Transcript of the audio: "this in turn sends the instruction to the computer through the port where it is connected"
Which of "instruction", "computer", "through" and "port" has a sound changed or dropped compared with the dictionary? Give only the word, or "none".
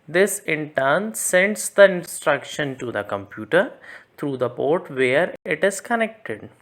through